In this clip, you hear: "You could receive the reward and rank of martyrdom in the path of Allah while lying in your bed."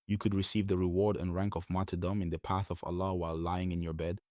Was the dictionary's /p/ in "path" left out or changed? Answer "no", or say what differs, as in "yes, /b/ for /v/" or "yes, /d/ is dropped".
no